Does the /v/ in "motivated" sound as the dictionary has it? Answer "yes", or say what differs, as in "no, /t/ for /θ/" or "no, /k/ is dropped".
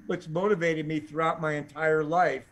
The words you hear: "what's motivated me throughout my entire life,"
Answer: yes